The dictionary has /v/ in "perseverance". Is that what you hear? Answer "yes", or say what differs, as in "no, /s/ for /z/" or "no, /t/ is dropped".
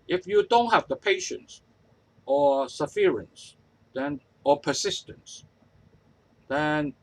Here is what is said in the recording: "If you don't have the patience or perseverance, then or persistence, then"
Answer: no, /f/ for /v/